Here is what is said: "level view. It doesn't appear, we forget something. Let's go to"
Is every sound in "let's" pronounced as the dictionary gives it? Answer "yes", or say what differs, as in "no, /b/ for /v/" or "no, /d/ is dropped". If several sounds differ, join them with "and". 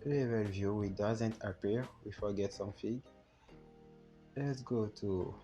yes